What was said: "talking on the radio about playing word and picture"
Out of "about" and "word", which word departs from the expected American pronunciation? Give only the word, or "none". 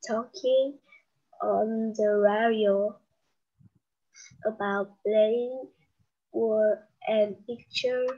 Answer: word